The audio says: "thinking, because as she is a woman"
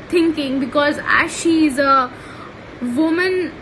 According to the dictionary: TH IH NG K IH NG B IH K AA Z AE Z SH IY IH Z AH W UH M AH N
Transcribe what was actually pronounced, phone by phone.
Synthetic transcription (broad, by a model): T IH NG K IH NG B IH K AA Z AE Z SH IY IH Z AH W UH M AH N